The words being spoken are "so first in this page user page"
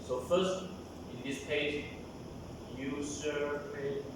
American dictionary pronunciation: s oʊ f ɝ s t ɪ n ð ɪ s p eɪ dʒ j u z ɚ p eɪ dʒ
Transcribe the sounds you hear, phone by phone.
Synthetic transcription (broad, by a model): s oʊ f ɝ s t ɪ n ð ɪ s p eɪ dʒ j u s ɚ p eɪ